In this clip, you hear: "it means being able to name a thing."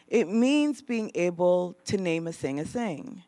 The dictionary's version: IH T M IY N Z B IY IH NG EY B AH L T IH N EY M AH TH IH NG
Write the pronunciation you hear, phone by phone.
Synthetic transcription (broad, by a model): IH T M IY N Z B IY IH NG EY B L T IH N EY M AH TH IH NG